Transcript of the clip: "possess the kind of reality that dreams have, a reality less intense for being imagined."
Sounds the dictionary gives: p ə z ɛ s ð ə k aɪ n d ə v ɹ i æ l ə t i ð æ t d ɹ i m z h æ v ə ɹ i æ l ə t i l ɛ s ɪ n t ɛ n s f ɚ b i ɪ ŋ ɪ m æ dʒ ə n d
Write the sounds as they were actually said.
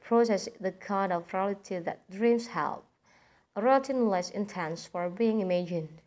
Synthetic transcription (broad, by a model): p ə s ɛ s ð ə k aɪ n d ə v ɹ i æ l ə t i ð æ t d ɹ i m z h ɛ p ə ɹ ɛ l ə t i l ɛ s ɪ n t ɛ n s f ɚ b i ɪ ŋ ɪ m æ dʒ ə n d